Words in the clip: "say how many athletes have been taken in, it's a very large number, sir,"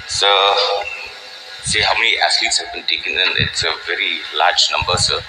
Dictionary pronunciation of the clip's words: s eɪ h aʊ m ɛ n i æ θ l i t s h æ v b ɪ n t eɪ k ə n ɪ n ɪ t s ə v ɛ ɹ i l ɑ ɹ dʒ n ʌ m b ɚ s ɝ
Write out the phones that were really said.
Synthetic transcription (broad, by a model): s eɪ h aʊ m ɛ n i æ s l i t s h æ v b ɪ n t eɪ k ə n ɪ n ɪ t s ə v ɛ ɹ i l ɑ ɹ dʒ n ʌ m b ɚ s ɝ